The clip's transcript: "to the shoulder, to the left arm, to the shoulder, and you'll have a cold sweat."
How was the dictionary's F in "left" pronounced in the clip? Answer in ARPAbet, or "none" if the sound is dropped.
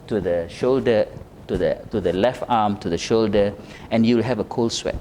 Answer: F